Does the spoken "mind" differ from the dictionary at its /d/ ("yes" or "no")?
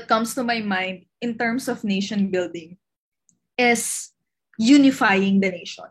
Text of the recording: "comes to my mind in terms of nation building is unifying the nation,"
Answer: no